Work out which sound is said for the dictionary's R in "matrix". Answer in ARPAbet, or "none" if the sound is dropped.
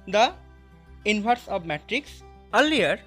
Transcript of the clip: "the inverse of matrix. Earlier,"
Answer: R